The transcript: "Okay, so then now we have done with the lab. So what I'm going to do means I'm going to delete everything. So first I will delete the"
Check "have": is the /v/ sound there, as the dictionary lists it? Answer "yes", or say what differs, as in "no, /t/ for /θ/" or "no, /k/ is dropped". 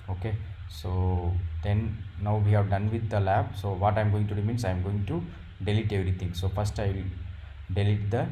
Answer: yes